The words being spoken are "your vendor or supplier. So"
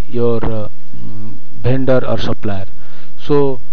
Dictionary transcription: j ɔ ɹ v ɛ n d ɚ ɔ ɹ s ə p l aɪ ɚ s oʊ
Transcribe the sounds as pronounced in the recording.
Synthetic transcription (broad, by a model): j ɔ ɹ b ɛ n d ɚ ɔ ɹ s ə p l aɪ ɚ s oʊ